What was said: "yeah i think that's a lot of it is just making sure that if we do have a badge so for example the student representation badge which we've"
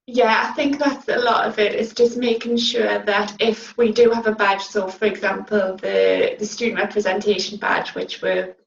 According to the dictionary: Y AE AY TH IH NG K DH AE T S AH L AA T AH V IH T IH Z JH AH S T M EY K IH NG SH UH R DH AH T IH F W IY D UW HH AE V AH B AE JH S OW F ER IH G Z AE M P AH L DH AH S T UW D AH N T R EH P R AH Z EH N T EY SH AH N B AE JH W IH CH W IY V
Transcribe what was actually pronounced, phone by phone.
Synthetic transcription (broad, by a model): Y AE AY TH IH NG K DH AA T S AH L AA T AH V IH T IH S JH AH S M EY K IH NG SH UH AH DH AH T IH F W IY D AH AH V AH B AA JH S OW F ER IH G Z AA M P AH L DH AH S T UW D N T R EH P R AH Z EH N T EY SH AH N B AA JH W IH CH W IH